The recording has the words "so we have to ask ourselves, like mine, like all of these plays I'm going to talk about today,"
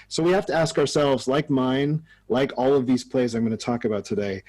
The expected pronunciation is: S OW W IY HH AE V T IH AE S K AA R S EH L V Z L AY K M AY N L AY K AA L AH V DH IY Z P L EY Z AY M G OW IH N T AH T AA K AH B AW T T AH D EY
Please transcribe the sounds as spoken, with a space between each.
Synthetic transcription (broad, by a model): S OW W IY HH AE F T IH AE S K AA R S EH L V Z L AY K M AY N L AY K AA L AH V DH IY Z P L EY Z AY M G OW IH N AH T AA K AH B AW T T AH D EY